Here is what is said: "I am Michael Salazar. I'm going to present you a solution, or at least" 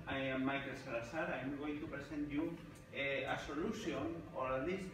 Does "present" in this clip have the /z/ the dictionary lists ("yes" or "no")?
no